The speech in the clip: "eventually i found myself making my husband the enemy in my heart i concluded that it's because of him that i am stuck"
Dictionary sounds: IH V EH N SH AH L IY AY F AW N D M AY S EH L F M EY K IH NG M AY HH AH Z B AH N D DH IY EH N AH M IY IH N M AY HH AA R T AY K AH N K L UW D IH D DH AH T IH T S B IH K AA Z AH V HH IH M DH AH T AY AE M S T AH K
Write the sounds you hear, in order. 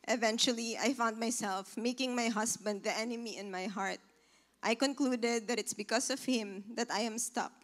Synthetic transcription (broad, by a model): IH V EH N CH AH L IY AY F AW N D M AY S EH L F M EY K IH NG M AY HH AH S B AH N D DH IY EH N AH M IY IH N M AY HH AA R T AY K AH N K L UW D IH D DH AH T IH T S B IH K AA S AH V HH IH M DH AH T AY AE M S T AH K